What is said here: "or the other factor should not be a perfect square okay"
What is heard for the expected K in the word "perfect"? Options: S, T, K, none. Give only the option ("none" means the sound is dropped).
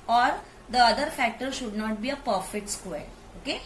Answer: none